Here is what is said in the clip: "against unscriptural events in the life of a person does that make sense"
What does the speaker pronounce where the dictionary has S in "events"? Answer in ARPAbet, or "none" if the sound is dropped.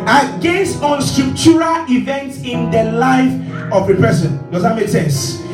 S